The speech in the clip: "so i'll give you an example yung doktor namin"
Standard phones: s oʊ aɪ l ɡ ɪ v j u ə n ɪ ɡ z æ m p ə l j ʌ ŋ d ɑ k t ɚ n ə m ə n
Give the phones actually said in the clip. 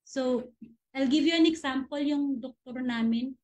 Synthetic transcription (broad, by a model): s oʊ aɪ l ɡ ɪ v j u ə n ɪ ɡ s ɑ m p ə l j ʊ ŋ d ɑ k t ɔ n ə m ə n